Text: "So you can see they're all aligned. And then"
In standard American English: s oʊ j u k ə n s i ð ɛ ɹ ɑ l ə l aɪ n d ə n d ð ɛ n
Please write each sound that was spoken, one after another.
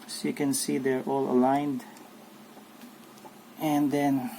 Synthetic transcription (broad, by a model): s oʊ j u k ə n s i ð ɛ ɹ ɑ l ə l aɪ n d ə n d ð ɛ n